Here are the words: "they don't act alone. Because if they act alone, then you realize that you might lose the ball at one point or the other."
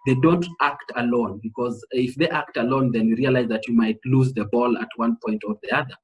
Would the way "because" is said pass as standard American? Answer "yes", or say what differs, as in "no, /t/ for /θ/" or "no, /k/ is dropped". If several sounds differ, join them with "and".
yes